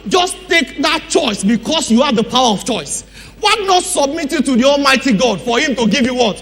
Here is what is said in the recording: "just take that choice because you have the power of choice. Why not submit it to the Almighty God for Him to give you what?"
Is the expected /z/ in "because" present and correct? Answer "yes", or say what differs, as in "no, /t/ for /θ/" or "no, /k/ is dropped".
no, /s/ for /z/